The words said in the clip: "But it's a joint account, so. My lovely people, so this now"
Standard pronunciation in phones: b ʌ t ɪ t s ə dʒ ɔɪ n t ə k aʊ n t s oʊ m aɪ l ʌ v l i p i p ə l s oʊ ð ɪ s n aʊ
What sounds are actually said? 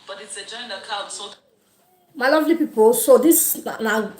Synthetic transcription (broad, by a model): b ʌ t ɪ t s ə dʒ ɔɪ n ə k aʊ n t s oʊ m aɪ l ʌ v l i p i p ə l s oʊ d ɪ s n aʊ